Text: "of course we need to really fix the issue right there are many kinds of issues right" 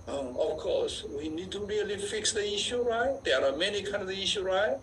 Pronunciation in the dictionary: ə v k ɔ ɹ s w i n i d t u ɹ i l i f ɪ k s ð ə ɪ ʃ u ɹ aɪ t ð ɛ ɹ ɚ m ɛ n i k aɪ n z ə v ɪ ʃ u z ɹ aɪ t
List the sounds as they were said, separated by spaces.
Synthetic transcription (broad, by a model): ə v k ɔ s w i n i d t u ɹ i l i f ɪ k s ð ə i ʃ u ɹ aɪ t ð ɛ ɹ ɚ m ɛ n i k aɪ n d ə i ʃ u ɹ aɪ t